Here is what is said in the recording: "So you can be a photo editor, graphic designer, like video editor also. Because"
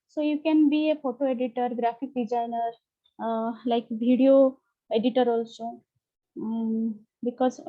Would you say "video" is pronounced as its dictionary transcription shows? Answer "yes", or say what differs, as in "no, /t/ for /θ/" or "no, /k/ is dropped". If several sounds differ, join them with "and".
no, /b/ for /v/